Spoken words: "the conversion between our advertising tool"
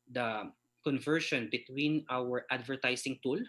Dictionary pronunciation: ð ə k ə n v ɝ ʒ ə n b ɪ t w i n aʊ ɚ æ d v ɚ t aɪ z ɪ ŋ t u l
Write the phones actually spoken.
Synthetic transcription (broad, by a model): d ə k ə n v ɝ ʃ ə n b ɪ t w i n aʊ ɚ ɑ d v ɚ t aɪ s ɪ ŋ t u l